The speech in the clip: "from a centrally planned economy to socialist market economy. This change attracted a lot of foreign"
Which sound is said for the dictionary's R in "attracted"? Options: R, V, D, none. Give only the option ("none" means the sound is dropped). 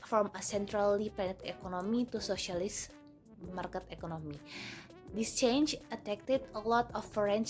none